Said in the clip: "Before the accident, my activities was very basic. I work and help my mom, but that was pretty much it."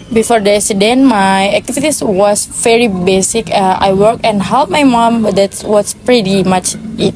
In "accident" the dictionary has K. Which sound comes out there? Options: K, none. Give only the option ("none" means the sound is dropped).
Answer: none